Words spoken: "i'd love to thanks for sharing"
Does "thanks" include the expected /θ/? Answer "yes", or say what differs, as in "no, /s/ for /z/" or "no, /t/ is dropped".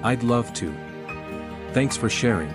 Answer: yes